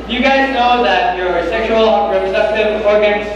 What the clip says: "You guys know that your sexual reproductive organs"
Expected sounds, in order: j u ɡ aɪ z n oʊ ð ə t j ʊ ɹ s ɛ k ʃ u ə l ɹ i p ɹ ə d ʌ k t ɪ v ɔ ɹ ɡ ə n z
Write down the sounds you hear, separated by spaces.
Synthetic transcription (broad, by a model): j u ɡ aɪ z n oʊ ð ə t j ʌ ɹ s ɛ k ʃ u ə l ɹ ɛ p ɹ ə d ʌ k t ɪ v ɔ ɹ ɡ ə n